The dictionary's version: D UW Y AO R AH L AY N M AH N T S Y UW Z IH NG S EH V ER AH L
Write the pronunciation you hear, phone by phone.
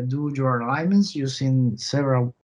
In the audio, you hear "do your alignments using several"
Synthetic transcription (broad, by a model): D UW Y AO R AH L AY M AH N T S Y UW S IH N S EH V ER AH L